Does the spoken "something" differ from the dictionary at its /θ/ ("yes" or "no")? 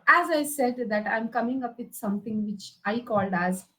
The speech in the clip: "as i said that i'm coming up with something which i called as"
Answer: yes